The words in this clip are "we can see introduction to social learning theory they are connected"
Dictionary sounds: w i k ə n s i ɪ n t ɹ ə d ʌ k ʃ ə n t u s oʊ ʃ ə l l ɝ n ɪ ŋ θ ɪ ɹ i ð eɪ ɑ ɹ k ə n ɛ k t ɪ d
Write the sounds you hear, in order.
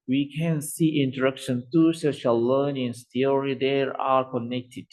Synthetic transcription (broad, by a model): w i k ə n s i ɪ n t ə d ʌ k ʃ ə n t u s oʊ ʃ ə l l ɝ n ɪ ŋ t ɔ ɹ i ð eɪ ɑ ɹ k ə n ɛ k t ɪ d